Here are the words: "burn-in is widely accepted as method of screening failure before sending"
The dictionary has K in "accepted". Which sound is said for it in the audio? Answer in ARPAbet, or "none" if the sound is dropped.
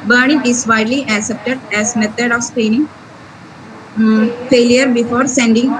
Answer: K